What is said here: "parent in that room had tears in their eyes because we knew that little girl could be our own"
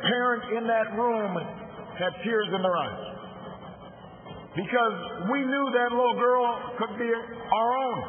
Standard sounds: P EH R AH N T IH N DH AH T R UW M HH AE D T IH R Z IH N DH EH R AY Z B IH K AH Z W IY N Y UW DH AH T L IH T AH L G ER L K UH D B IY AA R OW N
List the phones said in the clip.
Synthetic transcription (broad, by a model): P EH R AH N T IH N DH AH T R UW M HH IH D T IH R Z IH N DH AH R AY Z B IH K AH Z W IY N Y UW DH AH T L IH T L G ER L K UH D B IY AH R OW N